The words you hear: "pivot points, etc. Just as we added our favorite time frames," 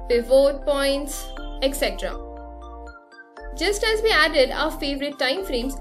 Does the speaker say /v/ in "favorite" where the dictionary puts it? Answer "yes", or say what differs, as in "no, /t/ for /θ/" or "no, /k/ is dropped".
yes